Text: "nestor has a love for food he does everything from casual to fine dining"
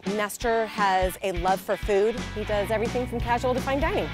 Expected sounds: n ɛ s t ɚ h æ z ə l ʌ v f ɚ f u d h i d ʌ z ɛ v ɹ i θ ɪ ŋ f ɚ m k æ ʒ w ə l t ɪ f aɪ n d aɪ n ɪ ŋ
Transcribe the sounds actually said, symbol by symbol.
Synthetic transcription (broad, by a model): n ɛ s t ɚ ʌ z ə l ʌ v f ɚ f u d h i d ʌ z ɛ v ɹ i θ ɪ ŋ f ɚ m k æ ʒ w l t ɪ f aɪ n d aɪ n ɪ